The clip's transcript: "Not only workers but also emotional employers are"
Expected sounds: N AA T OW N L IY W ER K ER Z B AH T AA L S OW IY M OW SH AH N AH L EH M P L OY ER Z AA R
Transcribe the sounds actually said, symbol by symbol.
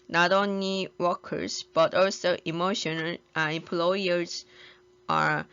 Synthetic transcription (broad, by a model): N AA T OW N L IY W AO K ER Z B AH T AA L S OW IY M OW SH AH N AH N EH M P L OY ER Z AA R